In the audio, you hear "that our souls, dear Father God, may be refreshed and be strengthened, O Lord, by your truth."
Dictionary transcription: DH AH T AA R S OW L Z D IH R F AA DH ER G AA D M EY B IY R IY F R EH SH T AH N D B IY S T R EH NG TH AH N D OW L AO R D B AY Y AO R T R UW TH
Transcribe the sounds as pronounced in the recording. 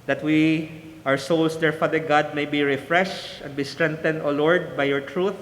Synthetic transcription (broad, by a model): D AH T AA W S OW L S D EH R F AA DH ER G AA D M EY B IY R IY F R EH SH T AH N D B IY S T R EH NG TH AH N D OW L AO R D B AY Y AO R T R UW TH